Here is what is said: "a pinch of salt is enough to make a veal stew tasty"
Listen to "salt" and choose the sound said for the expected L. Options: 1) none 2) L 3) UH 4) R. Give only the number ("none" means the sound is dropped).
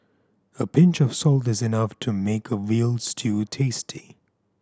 2